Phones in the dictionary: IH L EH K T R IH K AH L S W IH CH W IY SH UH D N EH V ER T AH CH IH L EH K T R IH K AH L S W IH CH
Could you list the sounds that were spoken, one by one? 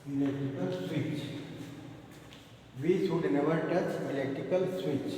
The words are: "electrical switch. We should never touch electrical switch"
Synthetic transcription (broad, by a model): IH L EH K T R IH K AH L S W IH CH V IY S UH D N EH V ER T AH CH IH L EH K T IH K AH L S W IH CH